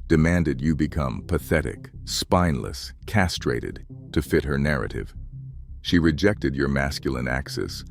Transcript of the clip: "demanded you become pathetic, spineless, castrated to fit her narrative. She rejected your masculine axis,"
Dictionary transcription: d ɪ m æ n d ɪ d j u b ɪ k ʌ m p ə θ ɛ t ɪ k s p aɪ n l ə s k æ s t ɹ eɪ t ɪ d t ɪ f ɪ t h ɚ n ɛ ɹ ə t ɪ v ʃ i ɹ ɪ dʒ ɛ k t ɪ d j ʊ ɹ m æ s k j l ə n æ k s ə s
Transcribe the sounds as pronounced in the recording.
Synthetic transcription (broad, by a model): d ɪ m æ n d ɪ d j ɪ b ɪ k ʌ m p ə θ ɛ t ɪ k s p aɪ n l ə s k æ s t ɹ eɪ t ɪ d t ɪ f ɪ t h ɚ n ɛ ɹ ə t ɪ v ʃ i ɹ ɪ dʒ ɛ k t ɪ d j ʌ ɹ m æ s k j l ə n æ k s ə s